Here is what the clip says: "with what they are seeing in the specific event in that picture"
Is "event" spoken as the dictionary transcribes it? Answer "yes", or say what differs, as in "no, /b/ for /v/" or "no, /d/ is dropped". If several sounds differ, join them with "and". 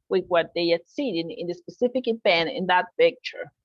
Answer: no, /b/ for /v/ and /t/ is dropped